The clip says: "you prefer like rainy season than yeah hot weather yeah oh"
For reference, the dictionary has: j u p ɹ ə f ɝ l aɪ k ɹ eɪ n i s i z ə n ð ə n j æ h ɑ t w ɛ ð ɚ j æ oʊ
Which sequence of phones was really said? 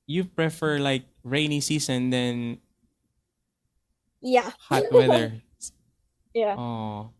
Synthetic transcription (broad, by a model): j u p ɹ ə f ɝ l aɪ k ɹ eɪ n i s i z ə n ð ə n j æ h ɑ t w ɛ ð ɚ j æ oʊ